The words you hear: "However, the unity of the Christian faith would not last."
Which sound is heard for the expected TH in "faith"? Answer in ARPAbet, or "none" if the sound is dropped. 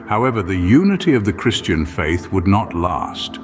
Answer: TH